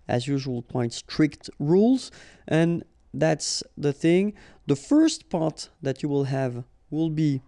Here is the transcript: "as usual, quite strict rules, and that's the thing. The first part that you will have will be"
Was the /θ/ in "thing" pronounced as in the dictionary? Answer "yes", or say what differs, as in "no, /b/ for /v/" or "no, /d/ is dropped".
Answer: yes